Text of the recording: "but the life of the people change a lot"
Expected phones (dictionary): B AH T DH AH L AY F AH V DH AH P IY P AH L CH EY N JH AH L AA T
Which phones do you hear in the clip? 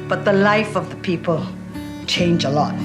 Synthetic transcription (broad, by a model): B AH T DH AH L AY F AH V DH AH P IY P AH L CH EY N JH AH L AA T